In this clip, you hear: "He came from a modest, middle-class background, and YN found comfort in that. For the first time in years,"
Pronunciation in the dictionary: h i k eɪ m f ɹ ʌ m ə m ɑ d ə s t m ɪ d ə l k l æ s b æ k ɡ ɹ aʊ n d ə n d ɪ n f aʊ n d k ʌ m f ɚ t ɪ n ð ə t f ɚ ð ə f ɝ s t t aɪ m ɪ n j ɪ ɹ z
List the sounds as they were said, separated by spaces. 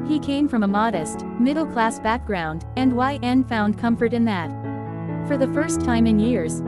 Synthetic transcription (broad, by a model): h i k eɪ m f ɹ ʌ m ə m ɑ d ə s t m ɪ d l k l æ s b æ k ɡ ɹ aʊ n d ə n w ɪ n f aʊ n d k ʌ m f ɚ t ɪ n ð ə t f ɚ ð ə f ɝ s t t aɪ m ɪ n j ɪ ɹ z